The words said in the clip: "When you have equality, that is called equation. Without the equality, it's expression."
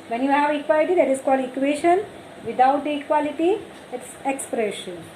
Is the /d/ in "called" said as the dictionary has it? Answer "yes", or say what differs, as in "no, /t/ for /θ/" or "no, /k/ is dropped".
no, /d/ is dropped